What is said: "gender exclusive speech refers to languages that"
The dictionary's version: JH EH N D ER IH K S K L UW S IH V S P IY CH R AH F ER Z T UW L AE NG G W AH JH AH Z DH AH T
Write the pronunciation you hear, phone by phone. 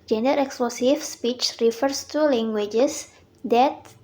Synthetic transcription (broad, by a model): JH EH N D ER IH K S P L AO S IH F S P IY CH R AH F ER S T UW L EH NG G W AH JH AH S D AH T